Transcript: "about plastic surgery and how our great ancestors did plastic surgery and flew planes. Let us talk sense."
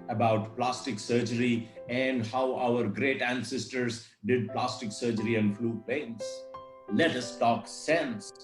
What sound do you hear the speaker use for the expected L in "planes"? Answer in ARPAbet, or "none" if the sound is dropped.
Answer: none